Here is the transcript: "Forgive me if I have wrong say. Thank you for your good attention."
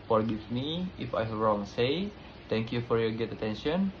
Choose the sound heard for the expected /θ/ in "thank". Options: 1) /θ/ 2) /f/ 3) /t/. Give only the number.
3